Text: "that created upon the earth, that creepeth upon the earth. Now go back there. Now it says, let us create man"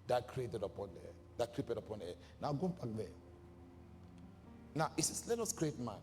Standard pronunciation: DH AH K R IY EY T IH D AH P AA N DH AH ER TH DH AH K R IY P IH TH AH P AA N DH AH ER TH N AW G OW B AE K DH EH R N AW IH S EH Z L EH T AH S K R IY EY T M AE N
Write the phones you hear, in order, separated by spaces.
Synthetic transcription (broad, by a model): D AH K R IY EY T IH D AH P AA N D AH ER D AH K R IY P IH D AH P AA N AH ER N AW G OW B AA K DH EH N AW IH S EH S L EH T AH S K R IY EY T M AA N